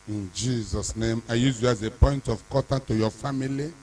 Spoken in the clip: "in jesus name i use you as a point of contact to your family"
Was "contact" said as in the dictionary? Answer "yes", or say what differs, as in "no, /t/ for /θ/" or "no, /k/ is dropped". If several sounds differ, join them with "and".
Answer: no, /n/ is dropped